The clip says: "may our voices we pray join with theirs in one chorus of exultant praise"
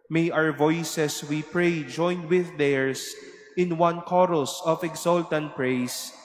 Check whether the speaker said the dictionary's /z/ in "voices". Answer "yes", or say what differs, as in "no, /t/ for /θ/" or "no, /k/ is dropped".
no, /s/ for /z/